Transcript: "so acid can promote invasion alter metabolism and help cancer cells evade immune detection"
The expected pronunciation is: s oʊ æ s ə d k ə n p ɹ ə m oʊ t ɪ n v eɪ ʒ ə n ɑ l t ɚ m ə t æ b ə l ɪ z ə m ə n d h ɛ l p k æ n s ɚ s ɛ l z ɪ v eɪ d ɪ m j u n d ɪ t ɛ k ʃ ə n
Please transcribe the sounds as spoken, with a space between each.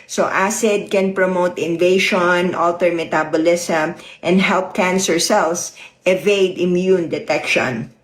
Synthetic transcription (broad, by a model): s oʊ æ s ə d k ə n p ɹ ə m oʊ t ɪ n v eɪ ʃ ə n ɑ l t ɚ m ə t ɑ b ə l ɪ s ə m ə n d h ɛ l p k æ n s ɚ s ɛ l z ɪ v eɪ d ɪ m j u n d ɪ t ɛ k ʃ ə n